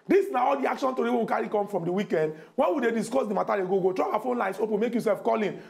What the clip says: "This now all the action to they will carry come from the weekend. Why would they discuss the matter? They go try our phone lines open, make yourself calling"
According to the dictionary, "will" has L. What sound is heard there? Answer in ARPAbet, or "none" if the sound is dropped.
W